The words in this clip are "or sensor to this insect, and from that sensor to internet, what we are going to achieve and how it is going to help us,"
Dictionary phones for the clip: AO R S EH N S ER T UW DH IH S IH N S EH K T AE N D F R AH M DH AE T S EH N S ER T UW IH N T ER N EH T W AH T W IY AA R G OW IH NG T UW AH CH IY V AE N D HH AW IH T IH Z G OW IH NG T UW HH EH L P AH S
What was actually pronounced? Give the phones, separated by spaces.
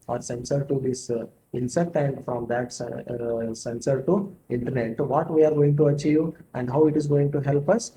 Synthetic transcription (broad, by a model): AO R S EH N S ER T UW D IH S IH N S EH K T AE N D F R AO M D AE T S EH N S ER T UW IH N T ER N EH T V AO T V IY AA R G OW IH NG T UW AH CH IY V AE N D HH AW IH T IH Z G OW IH NG T UW HH EH L P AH S